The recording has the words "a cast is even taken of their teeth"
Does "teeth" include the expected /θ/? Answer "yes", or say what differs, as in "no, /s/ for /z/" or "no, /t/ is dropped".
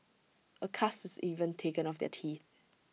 yes